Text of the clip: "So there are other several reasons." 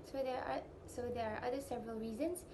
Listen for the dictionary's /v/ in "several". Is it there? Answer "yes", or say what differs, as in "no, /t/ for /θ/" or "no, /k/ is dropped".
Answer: yes